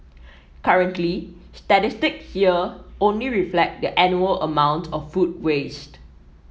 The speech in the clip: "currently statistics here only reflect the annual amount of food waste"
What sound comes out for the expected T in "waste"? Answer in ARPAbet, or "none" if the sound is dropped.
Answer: T